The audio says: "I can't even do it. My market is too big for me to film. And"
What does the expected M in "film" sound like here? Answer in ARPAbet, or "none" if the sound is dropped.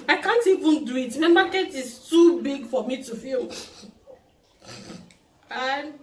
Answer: none